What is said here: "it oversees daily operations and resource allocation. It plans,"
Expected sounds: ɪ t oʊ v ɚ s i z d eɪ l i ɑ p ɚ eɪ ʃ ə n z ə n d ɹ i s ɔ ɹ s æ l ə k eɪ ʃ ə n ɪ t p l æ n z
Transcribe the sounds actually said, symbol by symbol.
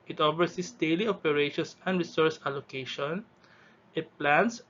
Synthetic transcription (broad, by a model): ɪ t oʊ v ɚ s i s d eɪ l i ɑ p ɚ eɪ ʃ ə n s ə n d ɹ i s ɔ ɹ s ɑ l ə k eɪ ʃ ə n ɪ t p l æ n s